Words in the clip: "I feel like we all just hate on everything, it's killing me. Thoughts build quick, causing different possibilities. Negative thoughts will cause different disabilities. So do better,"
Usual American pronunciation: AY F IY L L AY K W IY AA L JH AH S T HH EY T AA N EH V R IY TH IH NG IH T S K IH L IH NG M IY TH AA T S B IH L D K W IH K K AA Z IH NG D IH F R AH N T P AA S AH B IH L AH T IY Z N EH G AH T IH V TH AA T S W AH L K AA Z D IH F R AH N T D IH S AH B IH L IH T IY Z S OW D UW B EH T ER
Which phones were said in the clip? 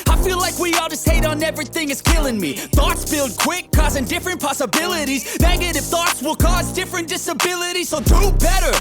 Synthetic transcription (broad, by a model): AY F IY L L AY K W IY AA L JH AH S T HH EY T N EH V R IY TH IH NG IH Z K IH L IH NG M IY TH AA T S B IH L D K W IH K K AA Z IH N D IH F R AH N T P AA S AH B IH L AH T IY Z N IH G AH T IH F TH AA T S W AH L K AA Z D IH F R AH N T D IH S AH B IH L IH T IY Z S OW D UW B EH T ER